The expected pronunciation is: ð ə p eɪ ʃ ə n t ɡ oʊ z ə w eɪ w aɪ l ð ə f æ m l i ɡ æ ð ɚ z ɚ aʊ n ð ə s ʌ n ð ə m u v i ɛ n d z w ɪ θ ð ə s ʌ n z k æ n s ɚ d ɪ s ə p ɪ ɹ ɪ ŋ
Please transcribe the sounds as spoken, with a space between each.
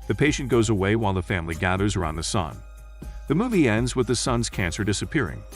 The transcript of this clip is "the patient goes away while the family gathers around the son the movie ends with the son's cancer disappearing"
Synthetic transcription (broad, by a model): ð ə p eɪ ʃ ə n ɡ oʊ z ə w eɪ w aɪ l ð ə f æ m l i ɡ æ ð ɚ z ɚ aʊ n ð ə s ʌ n ð ə m u v i ɛ n d z w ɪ ð ə s ʌ n z k æ n s ɚ d ɪ s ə p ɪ ɹ ɪ ŋ